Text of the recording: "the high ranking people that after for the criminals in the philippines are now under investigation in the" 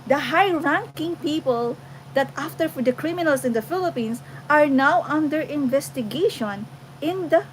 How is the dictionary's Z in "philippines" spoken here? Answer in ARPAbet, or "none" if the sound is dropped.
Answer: S